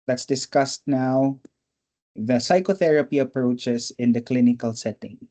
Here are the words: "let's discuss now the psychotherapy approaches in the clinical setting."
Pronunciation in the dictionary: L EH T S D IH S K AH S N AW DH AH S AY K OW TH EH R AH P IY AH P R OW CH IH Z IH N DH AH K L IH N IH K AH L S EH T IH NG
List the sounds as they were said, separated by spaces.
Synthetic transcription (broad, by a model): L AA T S D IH S K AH S N AW DH AH S AY K OW TH EH R AH P IY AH P R OW CH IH S IH N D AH K L IH N IH K AH L S EH T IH NG